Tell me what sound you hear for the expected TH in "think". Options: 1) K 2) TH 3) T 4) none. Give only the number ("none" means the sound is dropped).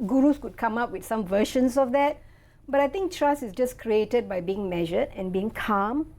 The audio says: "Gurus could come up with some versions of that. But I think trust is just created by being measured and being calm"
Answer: 3